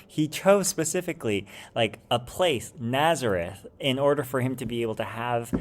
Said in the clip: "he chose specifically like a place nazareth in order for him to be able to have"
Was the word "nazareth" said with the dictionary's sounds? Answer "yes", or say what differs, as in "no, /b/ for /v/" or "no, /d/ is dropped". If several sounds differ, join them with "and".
yes